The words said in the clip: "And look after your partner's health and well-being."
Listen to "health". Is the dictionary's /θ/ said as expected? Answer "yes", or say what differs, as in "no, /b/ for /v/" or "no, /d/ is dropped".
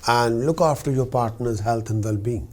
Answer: no, /t/ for /θ/